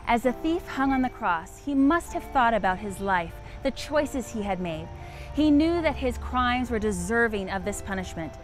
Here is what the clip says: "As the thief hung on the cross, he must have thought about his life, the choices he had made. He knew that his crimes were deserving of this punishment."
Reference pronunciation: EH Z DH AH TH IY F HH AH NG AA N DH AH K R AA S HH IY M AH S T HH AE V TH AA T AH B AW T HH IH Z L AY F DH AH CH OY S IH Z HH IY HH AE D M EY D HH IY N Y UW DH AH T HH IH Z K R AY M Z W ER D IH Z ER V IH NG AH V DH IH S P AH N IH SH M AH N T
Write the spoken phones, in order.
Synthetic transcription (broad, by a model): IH Z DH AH TH IY F HH AH NG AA N DH AH K R AA S HH IY M AH S T HH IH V TH AA T AH B AW T HH IH Z L AY F DH AH CH OY S IH Z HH IY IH D M EY D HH IY N Y UW DH AH T HH IH Z K R AY M Z W ER D IH Z ER V IH NG AH V DH IH S P AH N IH SH M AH N T